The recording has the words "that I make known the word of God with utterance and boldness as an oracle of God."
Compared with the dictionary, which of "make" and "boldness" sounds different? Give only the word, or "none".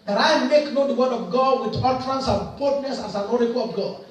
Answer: boldness